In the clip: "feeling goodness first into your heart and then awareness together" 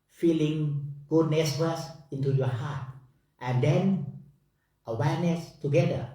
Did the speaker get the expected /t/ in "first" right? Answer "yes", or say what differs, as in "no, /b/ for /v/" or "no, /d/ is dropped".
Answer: no, /t/ is dropped